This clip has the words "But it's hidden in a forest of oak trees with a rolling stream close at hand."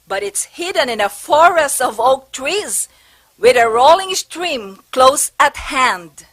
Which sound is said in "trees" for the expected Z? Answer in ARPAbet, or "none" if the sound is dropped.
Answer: Z